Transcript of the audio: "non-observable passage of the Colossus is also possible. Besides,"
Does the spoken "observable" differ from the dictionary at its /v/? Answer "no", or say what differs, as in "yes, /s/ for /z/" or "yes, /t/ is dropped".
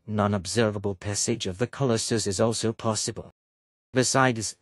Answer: no